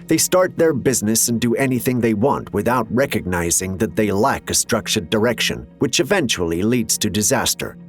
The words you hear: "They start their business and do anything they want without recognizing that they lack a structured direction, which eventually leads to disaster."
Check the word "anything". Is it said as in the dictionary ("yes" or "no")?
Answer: yes